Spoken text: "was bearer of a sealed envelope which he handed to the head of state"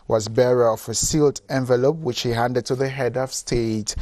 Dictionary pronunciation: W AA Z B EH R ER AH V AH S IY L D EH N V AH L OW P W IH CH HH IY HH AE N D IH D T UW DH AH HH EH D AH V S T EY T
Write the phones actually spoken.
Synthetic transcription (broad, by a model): W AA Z B EH R ER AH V AH S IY L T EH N V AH L OW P W IH CH HH IY HH AE N D IH D T UW DH AH HH EH D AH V S T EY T